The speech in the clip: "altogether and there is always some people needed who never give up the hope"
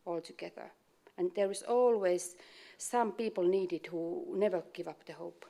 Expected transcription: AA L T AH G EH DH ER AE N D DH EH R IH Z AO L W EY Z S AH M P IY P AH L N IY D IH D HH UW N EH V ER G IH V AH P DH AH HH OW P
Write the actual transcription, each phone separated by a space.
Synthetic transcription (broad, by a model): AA L T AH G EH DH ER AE N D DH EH R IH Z AO L W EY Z S AH M P IY P AH L N IY D IH D HH UW N EH V ER G IH V AH P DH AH HH OW P